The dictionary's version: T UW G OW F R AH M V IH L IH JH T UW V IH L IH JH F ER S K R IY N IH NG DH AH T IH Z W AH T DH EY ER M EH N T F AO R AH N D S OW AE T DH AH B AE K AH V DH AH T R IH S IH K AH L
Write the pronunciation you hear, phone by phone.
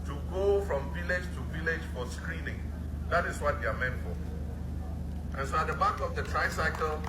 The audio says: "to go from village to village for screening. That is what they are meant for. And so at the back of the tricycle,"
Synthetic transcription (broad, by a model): T UW G OW F R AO M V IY L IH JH T UW V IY L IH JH F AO S K R IY N IH NG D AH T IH S W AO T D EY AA M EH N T F AO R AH N S OW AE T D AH B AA K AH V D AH T R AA S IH K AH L